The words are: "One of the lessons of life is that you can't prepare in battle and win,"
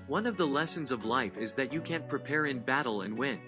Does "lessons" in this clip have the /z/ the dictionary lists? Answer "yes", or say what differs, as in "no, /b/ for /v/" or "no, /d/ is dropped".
yes